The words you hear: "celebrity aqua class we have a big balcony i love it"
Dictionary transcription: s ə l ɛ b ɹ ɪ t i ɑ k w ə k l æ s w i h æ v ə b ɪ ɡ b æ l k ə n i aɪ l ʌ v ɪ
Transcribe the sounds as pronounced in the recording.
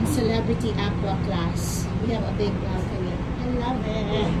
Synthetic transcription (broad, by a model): s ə l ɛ b ɹ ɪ t i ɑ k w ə k l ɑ s w i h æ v ə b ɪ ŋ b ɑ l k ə i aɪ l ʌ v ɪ